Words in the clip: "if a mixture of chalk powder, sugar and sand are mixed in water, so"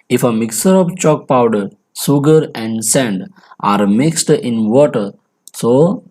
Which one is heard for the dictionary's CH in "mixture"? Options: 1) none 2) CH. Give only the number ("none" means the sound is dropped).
1